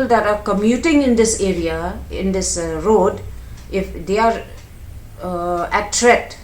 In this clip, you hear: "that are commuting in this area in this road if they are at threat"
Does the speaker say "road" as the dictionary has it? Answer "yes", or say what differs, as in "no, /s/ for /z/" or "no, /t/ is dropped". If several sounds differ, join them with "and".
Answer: yes